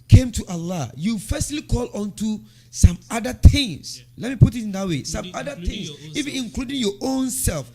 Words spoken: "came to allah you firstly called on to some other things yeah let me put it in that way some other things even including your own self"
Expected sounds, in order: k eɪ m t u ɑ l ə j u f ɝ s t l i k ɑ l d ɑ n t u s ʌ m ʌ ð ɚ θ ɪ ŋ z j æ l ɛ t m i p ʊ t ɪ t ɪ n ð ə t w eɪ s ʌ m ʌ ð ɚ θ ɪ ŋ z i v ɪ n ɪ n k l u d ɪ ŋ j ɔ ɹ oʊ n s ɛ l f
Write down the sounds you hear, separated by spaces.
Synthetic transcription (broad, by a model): k eɪ m t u ɑ l ə j u f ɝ s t l i k ɑ l ɑ n t u s ʌ m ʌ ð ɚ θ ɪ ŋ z l ɛ t m i p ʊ t ɪ t ɪ n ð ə t w eɪ s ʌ m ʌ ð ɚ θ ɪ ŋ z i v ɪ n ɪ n k l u d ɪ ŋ j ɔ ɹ oʊ n s ɛ l f